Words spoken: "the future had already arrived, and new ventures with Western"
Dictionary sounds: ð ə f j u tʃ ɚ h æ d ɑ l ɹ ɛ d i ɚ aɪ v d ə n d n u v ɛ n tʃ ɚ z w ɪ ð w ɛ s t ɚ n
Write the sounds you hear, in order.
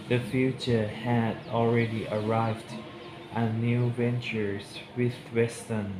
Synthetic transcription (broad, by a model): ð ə f j u tʃ ɚ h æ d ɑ l ɹ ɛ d i ɚ aɪ v d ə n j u v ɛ n tʃ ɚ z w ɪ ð w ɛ s t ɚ n